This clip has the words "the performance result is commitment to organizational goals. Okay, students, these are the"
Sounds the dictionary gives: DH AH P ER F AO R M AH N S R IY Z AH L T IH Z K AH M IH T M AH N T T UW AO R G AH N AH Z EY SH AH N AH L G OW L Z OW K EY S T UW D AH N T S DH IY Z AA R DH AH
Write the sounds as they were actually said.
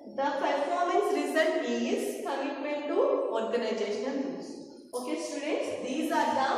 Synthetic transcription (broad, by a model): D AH P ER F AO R M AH N S R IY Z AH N IH Z K AH M IH T M AH N T T UW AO R G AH N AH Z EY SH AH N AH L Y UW Z OW K EY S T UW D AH T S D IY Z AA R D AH